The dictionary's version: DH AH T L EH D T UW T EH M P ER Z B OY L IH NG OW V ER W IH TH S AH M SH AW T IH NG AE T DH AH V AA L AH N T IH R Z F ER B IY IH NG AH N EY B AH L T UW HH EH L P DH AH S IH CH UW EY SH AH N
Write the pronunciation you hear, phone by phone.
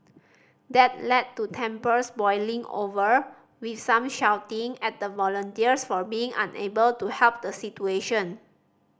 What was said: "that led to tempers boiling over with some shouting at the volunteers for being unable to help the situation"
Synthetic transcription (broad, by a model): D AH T L EH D T UW T EH M P ER S B OY L IH NG OW V ER W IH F S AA M SH AW T IH NG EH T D AH V AA L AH N T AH R S F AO B IY IH NG AH N EY B AH L T UW HH EH L P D AH S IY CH UW EY SH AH N